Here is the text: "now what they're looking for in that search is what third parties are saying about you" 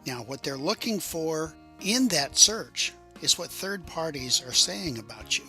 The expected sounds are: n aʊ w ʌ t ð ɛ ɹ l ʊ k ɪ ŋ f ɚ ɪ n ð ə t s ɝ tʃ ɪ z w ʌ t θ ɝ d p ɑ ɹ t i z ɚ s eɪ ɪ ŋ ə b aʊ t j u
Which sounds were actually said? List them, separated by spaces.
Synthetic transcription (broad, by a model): n aʊ w ʌ t ð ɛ ɹ l ʊ k ɪ ŋ f ɚ ɪ n ð ə t s ɝ tʃ ɪ z w ʌ t θ ɝ d p ɑ ɹ t i z ɚ s eɪ ɪ ŋ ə b aʊ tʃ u